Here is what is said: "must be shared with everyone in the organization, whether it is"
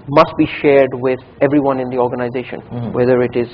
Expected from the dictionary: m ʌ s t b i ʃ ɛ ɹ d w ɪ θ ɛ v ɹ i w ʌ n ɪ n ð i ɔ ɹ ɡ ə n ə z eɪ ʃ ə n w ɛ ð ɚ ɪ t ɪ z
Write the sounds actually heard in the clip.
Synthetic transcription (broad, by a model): m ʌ s t b i ʃ ɛ ɹ d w ɪ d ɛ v ɹ i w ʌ n ɪ n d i ɔ ɹ ɡ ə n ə z eɪ ʃ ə n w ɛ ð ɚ ɪ t ɪ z